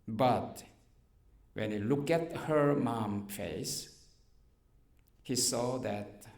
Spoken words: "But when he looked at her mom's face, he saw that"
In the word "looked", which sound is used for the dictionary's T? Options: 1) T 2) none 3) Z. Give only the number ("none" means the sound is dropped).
2